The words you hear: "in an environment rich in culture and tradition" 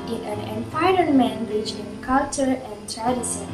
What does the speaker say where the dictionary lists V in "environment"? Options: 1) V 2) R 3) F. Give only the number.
3